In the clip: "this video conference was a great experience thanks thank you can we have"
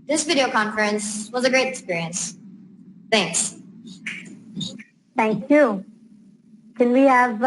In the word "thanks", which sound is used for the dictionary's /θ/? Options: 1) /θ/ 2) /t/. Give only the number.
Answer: 1